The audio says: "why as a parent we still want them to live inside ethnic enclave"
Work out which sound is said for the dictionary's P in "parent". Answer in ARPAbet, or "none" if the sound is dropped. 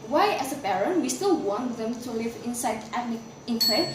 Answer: B